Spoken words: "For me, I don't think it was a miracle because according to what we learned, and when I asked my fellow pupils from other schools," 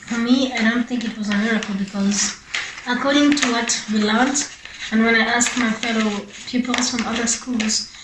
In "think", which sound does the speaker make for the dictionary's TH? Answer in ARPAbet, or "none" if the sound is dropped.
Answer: TH